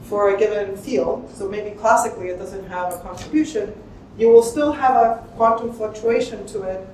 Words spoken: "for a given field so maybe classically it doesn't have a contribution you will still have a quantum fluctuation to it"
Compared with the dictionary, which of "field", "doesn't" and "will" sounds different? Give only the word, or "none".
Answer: none